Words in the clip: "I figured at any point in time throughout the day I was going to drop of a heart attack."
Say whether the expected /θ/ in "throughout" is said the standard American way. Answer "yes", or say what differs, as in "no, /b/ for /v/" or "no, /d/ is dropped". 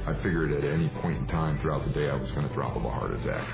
yes